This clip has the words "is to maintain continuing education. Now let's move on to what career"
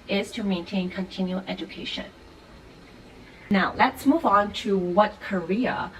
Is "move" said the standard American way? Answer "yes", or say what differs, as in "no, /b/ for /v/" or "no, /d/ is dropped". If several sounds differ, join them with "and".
yes